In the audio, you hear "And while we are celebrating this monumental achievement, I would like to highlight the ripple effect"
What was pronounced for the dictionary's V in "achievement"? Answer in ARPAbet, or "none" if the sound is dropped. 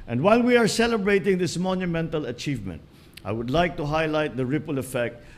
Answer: V